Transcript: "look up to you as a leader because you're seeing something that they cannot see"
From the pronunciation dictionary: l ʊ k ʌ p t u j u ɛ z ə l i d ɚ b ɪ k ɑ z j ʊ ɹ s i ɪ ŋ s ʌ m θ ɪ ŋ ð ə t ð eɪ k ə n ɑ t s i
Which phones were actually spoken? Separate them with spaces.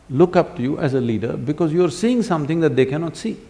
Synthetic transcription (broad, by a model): l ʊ k ʌ p t u j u ɛ z ə l i d ɚ b ɪ k ɑ z j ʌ ɹ s i ɪ ŋ s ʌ m t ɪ ŋ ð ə t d eɪ k ə n ɑ t s i